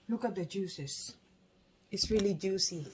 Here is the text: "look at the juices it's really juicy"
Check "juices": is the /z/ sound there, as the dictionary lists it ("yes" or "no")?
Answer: no